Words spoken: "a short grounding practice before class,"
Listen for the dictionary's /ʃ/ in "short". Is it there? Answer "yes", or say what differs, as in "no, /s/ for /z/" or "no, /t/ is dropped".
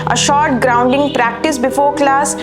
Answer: yes